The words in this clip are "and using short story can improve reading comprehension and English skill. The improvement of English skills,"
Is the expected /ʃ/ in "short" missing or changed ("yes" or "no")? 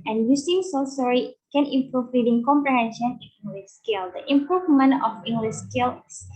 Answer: yes